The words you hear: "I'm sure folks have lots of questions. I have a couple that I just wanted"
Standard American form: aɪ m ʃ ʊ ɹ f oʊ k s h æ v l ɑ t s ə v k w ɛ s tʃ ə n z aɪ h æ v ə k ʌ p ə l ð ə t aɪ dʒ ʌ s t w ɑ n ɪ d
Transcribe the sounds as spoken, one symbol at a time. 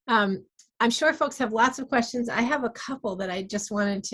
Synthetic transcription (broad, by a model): aɪ m ʃ ʊ ɹ f oʊ k s h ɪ v l ɑ t s ə v k w ɛ s tʃ ə n z aɪ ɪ v ə k ʌ p l ð ə t aɪ dʒ ʌ s t w ɑ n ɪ d